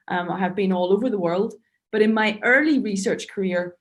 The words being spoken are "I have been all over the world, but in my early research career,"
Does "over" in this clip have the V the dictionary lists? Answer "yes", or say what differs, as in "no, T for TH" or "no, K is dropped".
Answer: yes